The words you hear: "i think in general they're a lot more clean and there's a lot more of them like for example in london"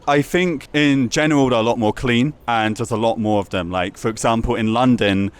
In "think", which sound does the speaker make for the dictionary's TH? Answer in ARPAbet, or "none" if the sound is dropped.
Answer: TH